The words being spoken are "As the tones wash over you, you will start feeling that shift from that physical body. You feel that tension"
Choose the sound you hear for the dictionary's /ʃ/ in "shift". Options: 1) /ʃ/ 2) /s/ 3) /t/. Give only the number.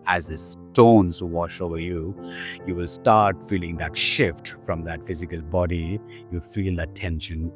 1